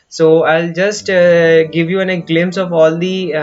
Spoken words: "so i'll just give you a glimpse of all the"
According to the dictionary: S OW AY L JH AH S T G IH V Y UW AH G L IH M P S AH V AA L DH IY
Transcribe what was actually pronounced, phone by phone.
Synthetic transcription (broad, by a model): S OW AY L JH AH S T G IH V Y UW AH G L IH M S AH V AA L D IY